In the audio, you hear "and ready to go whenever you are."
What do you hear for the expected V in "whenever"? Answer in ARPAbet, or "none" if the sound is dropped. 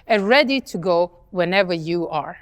V